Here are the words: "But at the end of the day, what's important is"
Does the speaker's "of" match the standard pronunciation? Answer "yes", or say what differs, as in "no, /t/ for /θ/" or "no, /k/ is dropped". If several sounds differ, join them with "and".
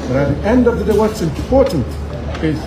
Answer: yes